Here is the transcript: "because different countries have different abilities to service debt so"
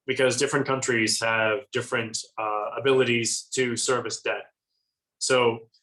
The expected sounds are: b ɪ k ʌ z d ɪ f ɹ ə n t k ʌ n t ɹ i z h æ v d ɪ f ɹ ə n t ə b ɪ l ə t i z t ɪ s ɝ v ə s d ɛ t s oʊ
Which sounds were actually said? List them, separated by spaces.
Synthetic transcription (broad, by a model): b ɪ k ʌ z d ɪ f ɹ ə n k ʌ n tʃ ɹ i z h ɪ v d ɪ f ɹ ə n t ə b ɪ l ə t i z t ɪ s ɝ v ə s d ɛ t s oʊ